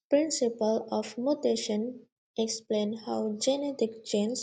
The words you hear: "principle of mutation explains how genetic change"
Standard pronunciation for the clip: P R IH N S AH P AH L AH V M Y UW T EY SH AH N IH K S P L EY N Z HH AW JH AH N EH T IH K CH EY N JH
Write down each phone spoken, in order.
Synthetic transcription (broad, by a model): P R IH N S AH P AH L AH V M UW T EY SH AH N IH K S P L EY N HH AW JH AH N EH T IH K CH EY N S